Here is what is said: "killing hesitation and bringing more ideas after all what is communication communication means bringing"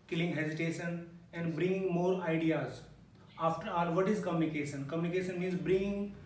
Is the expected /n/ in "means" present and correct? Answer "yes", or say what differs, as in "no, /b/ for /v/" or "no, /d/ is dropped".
yes